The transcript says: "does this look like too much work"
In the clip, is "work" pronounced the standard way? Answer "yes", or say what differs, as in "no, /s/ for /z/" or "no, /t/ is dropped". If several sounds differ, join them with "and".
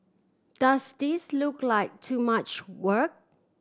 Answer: yes